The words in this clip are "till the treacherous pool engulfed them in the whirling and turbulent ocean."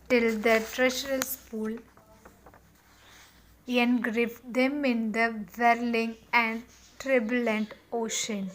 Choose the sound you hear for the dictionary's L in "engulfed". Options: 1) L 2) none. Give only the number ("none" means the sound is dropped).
2